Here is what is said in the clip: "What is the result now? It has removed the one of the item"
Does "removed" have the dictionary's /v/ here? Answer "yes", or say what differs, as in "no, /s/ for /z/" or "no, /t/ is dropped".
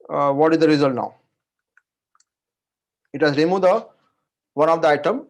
no, /v/ is dropped